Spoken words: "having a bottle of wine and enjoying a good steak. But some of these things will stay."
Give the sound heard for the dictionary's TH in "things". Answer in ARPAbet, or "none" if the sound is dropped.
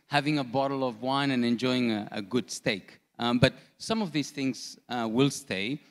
TH